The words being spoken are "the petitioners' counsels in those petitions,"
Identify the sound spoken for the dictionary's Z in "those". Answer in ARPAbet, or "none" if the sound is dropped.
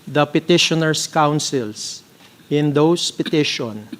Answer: S